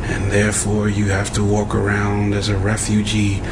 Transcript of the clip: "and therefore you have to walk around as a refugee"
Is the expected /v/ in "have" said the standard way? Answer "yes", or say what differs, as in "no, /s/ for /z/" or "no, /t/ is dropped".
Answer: no, /f/ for /v/